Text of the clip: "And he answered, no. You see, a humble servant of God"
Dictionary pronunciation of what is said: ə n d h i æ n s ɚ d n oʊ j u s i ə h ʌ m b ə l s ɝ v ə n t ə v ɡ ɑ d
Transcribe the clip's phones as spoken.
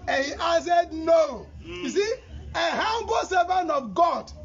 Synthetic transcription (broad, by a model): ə n h i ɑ s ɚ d n oʊ j u s i ə h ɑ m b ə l s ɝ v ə n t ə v ɡ ɑ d